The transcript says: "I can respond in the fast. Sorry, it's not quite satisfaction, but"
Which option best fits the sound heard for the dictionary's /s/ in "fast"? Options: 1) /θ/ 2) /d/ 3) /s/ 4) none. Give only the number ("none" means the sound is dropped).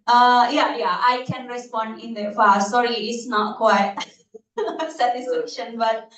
4